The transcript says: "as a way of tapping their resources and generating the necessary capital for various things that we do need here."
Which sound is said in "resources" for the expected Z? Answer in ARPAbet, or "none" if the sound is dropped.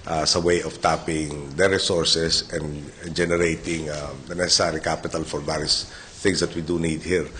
S